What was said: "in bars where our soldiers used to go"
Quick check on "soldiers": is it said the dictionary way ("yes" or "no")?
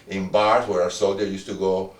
no